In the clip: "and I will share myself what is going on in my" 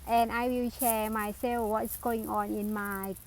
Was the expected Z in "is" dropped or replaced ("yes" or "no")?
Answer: yes